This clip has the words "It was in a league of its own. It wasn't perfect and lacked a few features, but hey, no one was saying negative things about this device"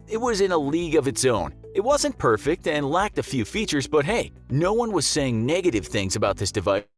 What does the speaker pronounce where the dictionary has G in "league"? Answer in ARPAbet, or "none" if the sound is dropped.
G